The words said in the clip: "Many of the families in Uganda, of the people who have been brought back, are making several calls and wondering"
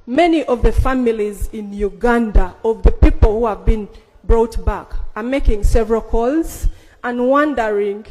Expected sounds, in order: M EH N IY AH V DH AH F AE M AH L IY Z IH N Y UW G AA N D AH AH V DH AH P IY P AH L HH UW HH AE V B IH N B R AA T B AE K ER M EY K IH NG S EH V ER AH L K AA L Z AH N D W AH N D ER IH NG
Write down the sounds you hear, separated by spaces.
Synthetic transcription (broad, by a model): M EH N IY AH V DH AH F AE M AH L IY Z IH N Y UW G AA N D AH AH V DH AH P IY P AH L HH UW HH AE V B IH N B R AA T B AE K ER M EY K IH NG S EH V ER AH L K AA L Z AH N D W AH N D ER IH NG